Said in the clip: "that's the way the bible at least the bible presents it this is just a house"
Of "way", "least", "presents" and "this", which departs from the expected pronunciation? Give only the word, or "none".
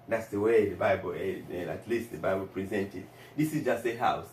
presents